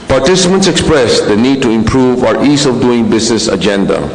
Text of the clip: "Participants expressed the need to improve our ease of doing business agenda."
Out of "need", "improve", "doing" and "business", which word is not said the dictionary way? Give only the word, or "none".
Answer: business